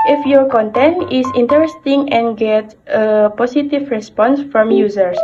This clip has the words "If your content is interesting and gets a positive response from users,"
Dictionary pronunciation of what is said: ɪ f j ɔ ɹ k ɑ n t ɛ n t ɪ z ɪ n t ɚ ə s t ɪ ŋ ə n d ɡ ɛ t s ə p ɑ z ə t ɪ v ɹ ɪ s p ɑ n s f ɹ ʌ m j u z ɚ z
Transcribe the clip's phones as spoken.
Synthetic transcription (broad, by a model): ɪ f j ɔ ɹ k ɑ n t ɛ n t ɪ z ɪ n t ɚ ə s t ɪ ŋ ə n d ɡ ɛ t ə p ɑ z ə t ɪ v ɹ ɪ s p ɑ n s f ɹ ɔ m j u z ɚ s